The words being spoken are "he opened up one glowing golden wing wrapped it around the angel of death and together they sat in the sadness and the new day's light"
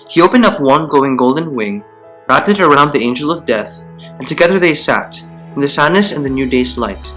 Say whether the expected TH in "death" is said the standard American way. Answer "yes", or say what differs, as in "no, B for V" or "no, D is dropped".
yes